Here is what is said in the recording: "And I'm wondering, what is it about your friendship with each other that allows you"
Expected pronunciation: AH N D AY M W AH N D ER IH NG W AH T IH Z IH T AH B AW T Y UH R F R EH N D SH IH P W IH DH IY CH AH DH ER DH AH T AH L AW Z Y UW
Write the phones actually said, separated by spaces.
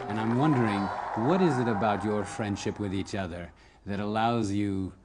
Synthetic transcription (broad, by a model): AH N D AY M W AH N D ER IH NG W AH T IH Z IH T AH B AW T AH R F R EH N D SH IH P W IH DH IY CH AH DH ER DH AH T AH L AW Z Y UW